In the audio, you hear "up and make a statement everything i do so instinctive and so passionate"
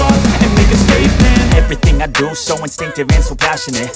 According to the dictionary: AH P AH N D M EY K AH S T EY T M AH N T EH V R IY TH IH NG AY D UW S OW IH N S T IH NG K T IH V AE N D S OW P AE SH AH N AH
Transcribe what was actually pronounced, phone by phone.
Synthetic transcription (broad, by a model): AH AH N M EY K AH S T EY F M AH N EH V R IY TH IH NG AY D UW S OW IH N S T IH NG K T IH V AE N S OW P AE SH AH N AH